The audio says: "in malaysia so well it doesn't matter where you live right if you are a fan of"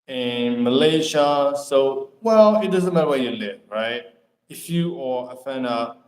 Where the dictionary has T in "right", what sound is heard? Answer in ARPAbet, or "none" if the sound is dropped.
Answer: T